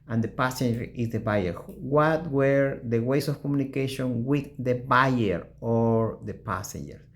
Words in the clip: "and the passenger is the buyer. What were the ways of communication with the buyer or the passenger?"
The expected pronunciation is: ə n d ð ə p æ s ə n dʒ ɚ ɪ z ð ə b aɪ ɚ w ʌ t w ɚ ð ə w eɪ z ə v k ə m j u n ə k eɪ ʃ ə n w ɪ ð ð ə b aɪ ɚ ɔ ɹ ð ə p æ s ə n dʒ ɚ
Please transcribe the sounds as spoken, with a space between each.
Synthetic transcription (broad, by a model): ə n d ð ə p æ s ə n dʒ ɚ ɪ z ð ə b aɪ ɚ w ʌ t w ɚ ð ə w eɪ s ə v k ə m j u n ə k eɪ ʃ ə n w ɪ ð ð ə b aɪ ɚ ɔ ɹ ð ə p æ s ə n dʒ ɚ